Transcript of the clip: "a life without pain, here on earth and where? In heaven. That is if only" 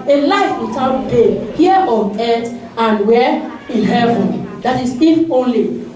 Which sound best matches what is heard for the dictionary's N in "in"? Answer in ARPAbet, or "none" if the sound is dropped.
L